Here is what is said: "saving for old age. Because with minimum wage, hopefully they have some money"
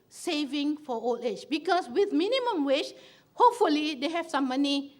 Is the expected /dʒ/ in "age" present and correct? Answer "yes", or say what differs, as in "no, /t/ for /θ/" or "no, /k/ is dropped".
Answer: no, /tʃ/ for /dʒ/